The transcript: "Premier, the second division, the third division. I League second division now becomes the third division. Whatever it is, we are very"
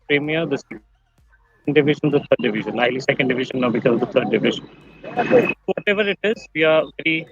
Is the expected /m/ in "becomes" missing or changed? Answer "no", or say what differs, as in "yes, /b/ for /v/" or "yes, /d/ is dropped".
yes, /m/ is dropped